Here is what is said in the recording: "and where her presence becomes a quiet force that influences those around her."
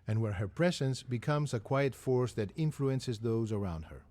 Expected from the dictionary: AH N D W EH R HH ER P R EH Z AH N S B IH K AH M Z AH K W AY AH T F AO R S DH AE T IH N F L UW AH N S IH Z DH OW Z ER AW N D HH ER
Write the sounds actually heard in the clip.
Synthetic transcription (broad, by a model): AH N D W EH R HH ER P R EH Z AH N S B IH K AH M Z AH K W AY AH T F AO R S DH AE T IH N F L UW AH N S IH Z DH OW Z ER AW N D HH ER